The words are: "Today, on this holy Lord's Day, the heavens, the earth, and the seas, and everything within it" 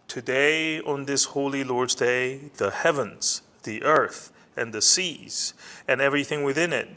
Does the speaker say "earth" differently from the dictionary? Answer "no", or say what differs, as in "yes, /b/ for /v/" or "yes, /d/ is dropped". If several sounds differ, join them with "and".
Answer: no